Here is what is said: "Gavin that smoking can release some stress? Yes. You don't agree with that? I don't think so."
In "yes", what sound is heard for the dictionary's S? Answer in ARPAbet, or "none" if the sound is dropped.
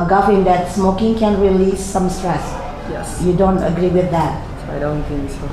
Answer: none